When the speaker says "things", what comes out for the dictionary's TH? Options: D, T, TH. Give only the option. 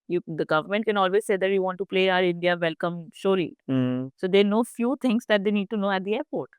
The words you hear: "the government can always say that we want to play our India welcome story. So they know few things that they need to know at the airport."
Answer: T